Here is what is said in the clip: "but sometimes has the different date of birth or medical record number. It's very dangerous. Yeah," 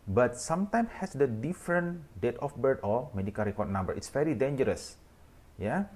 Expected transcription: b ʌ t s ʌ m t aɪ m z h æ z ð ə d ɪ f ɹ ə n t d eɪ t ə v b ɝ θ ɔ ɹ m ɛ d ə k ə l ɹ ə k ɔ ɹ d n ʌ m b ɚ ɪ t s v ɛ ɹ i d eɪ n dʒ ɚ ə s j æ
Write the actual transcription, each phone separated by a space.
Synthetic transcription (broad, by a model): b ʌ t s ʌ m t aɪ m s h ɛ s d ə d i f ɹ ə n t d eɪ t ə f b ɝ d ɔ l m ɛ d ə k ə l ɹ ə k ɔ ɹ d n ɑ m b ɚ ɪ t s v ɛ ɹ i d eɪ n dʒ ɚ ə s j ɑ